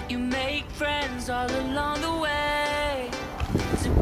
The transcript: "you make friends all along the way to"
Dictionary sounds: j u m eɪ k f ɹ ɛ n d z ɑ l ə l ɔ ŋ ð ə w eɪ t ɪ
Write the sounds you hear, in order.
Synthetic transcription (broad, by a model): j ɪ m eɪ k f ɹ ɛ n d z ɑ l ə l ɔ ŋ ð ə w eɪ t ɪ